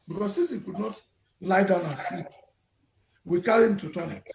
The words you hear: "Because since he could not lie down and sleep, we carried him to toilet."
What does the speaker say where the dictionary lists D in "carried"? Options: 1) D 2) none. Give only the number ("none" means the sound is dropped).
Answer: 2